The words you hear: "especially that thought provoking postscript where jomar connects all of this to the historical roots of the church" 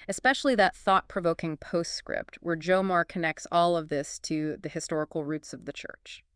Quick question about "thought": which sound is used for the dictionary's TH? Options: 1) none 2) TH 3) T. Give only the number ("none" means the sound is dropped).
2